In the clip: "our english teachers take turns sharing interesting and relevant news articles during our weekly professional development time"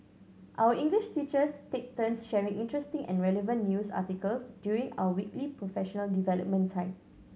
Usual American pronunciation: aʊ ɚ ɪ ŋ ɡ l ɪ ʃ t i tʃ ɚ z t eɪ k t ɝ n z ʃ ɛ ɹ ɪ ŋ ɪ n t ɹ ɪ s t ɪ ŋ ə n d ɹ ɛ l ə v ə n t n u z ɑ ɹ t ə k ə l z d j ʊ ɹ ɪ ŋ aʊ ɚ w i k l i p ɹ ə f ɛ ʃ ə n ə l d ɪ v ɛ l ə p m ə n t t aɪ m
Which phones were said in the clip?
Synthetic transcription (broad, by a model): aʊ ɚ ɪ ŋ ɡ l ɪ ʃ t i tʃ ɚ s t eɪ k t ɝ n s ʃ ɛ ɹ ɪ ŋ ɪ n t ɹ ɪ s t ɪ ŋ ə n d ɹ ɛ l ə v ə n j u s ɑ t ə k ə l s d j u ɹ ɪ ŋ aʊ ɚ w i k l i p ɹ ə f ɛ ʃ ə n ə l d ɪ v ɛ l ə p m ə n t t aɪ m